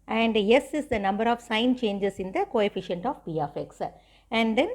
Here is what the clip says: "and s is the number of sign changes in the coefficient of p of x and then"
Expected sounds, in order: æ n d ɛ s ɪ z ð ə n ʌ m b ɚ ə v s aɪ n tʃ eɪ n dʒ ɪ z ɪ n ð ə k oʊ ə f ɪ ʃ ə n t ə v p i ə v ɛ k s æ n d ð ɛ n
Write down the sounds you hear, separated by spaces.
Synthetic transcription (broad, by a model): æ n d ɛ s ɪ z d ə n ʌ m b ɚ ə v s aɪ n tʃ eɪ n dʒ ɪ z ɪ n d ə k oʊ ə f ɪ ʃ ə n t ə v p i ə f ɛ k s æ n d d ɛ n